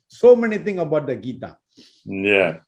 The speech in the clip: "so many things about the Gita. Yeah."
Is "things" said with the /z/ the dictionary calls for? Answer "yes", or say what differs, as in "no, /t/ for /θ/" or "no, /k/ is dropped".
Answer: no, /z/ is dropped